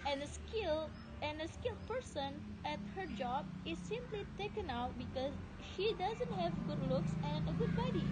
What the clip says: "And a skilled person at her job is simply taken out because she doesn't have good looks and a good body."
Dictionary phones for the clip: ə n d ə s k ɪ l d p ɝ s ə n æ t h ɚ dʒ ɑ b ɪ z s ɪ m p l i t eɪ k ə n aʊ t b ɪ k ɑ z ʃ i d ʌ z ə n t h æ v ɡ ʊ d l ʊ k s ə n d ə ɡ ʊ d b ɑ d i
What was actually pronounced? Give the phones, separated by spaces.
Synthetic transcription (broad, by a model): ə n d ə s k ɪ l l p ɝ s ə n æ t h ɚ dʒ ɑ b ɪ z s ɪ m p l i t eɪ k ə n aʊ t b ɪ k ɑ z ʃ i d ʌ z ə n t h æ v ɡ ʊ d l ʊ k s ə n ə ɡ ʊ d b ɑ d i